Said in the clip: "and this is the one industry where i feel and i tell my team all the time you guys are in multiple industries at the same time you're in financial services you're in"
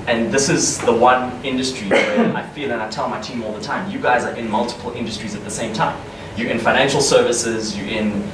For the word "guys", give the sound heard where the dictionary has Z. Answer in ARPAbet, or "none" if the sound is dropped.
Z